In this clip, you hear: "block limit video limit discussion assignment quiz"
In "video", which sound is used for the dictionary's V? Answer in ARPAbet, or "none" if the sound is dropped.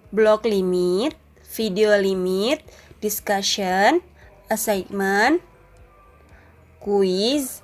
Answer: F